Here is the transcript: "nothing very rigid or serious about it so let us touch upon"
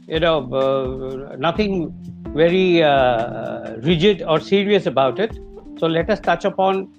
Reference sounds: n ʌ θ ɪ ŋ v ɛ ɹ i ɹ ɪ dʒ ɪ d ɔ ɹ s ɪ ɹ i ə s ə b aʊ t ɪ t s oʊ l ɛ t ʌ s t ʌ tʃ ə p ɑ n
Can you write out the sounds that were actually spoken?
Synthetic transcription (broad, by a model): n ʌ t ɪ ŋ v ɛ ɹ i ɹ ɪ dʒ ɪ d ɔ ɹ s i ɹ i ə s ə b aʊ t ɪ t s oʊ l ɛ t ʌ s t ʌ tʃ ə p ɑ n